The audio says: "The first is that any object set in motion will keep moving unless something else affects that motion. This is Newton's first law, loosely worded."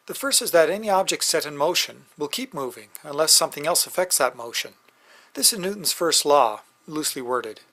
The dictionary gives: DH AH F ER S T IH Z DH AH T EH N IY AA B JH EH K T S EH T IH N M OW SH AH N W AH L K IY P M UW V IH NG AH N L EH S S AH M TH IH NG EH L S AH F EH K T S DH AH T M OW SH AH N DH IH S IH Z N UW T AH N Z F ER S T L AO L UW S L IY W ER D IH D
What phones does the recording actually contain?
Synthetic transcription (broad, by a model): DH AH F ER S T IH Z DH AH T EH N IY AA B JH EH K T S EH T IH N M OW SH AH N W AH L K IY P M UW V IH NG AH N L EH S S AH M TH IH NG EH L S AH F EH K T S DH AH T M OW SH AH N DH IH S IH Z N UW T N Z F ER S T L AO L UW S L IY W ER D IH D